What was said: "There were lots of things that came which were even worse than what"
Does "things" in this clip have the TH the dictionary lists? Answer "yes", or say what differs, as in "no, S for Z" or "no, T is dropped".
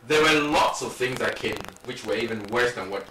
yes